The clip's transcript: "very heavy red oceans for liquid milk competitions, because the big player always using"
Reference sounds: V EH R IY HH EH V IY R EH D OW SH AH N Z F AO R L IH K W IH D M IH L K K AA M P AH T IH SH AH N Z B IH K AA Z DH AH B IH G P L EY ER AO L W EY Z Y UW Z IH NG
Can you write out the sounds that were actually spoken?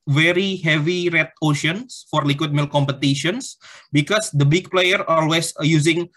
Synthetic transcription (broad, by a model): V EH R IY HH EH V IY R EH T OW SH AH N S F AO R L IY K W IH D M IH L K K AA M P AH T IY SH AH N S B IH K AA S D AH B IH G P L EY ER AO L W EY S Y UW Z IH NG